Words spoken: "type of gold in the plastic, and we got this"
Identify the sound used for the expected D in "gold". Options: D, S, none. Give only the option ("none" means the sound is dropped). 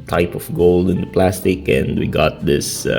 D